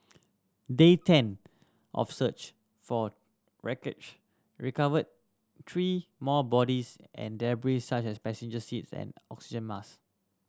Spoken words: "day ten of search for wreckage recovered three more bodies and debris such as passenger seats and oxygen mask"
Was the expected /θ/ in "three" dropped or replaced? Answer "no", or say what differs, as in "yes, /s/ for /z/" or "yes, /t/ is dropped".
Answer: yes, /t/ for /θ/